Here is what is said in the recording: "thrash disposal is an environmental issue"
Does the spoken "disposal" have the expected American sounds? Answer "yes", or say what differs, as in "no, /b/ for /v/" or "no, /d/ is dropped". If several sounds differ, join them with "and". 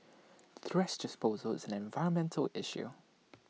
yes